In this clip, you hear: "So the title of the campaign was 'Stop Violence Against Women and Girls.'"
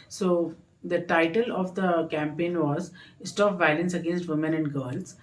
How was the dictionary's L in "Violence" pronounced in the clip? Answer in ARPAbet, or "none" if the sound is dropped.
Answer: L